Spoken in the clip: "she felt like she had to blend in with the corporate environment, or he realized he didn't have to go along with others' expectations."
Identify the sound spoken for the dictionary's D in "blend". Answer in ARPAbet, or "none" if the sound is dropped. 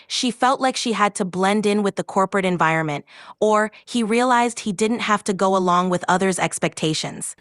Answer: D